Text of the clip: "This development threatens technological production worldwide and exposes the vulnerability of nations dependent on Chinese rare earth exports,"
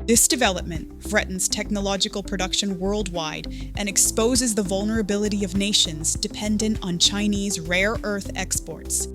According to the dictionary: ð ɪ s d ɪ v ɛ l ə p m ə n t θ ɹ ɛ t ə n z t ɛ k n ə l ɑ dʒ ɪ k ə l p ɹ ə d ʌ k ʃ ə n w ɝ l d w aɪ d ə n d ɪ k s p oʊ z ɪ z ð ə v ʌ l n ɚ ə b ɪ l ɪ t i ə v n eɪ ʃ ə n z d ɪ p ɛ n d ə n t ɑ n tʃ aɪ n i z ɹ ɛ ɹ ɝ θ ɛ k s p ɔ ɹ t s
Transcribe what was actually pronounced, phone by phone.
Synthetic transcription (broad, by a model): ð ɪ s d ɪ v ɛ l ə p m ə n t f ɹ ɛ t n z t ɛ k n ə l ɑ dʒ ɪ k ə l p ɹ ə d ʌ k ʃ ə n w ɝ l d w aɪ d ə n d ɪ k s p oʊ z ɪ z ð ə v ʌ l n ɚ ə b ɪ l ɪ t i ə v n eɪ ʃ ə n z d ɪ p ɛ n d ə n t n tʃ aɪ n i z ɹ ɛ ɹ ɝ θ ɛ k s p ɔ ɹ t s